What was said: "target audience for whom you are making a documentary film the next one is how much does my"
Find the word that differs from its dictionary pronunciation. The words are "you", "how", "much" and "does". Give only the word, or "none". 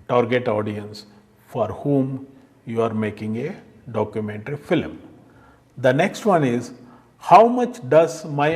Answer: none